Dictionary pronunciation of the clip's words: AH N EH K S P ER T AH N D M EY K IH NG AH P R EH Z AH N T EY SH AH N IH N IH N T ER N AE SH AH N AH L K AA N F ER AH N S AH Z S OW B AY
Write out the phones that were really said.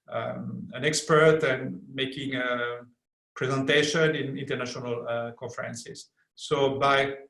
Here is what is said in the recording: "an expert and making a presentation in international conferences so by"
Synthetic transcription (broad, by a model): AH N EH K S P ER T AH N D M EY K IH NG AH P R EH Z AH N T EY SH AH N IH N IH N T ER N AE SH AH N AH L K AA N F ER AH N S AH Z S OW B AY